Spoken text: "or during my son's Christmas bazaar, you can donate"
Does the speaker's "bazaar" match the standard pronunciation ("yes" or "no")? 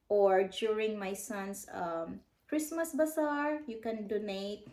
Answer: no